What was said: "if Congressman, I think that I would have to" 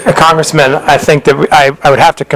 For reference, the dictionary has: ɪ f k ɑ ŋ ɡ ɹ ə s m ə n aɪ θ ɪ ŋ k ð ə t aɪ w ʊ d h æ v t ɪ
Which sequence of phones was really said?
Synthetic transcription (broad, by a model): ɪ k ɑ ŋ ɡ ɹ ə s m ə n aɪ θ ɪ ŋ k ð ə t aɪ w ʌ d h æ f t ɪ